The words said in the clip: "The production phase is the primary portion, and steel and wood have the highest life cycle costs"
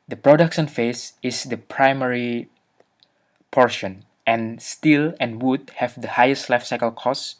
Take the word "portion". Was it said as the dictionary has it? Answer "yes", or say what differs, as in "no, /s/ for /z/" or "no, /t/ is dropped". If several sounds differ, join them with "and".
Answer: yes